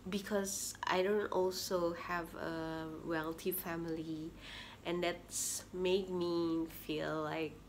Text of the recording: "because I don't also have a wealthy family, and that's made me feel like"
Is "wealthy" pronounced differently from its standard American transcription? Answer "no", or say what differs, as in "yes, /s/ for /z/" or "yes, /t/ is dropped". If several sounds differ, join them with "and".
yes, /t/ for /θ/